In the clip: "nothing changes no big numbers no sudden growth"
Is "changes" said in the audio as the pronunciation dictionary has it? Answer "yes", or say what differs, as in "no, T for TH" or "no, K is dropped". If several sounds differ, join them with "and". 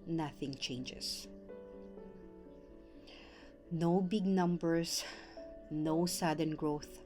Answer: no, S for Z